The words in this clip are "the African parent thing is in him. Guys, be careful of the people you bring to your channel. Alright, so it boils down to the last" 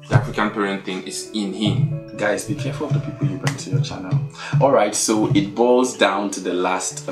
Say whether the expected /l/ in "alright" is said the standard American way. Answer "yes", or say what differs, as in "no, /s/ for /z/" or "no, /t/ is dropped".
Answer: yes